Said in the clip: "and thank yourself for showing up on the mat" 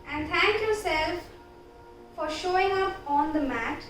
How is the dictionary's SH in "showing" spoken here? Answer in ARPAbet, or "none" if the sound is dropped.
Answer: SH